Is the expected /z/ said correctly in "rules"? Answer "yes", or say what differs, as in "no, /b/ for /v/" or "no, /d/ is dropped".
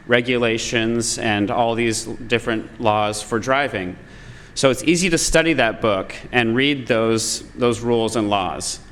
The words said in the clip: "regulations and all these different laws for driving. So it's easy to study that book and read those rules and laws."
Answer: yes